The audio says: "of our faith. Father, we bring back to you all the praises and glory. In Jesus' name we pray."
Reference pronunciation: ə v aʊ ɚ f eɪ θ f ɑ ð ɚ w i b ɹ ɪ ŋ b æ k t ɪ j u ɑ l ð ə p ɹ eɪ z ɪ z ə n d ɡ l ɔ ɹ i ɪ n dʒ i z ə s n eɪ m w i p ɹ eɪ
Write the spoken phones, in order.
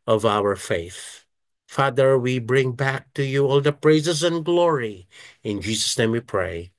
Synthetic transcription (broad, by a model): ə v aʊ ɚ f eɪ θ f ɑ ð ɚ w i b ɹ ɪ ŋ b æ k t ɪ j u ɑ l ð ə p ɹ eɪ z ɪ z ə n ɡ l ɔ ɹ i ɪ n dʒ i z ə s n eɪ m w i p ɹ eɪ